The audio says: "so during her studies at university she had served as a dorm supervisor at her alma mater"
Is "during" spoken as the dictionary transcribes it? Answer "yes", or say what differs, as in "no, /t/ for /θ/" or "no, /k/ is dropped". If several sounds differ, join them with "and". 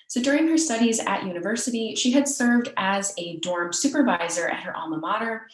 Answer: yes